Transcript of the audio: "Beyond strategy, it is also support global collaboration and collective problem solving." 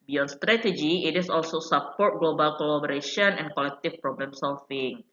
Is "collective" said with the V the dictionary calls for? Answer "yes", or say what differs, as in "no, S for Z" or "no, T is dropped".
no, F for V